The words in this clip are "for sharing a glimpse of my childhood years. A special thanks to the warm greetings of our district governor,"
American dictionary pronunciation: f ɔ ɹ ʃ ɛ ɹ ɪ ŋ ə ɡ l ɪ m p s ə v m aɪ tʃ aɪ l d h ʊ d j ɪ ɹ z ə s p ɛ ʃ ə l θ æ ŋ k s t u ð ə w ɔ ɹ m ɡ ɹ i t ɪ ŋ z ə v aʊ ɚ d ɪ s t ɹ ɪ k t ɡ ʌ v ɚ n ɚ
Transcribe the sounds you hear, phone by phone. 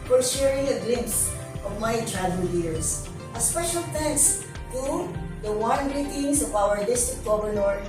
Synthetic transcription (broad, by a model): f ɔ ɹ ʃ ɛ ɹ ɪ ŋ ə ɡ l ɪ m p s ə v m aɪ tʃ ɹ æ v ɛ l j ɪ ɹ s ə s p ɛ ʃ ə l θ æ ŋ k s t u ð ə w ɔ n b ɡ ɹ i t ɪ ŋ s ə v aʊ ɚ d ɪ s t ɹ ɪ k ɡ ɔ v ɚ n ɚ